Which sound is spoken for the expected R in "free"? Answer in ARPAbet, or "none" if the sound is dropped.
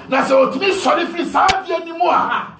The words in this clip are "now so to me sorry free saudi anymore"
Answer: none